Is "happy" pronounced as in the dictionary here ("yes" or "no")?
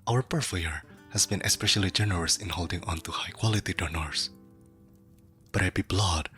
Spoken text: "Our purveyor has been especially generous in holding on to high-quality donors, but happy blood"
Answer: no